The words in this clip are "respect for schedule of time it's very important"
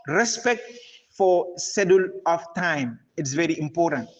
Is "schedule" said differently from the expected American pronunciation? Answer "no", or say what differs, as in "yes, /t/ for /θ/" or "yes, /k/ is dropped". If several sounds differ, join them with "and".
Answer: yes, /k/ is dropped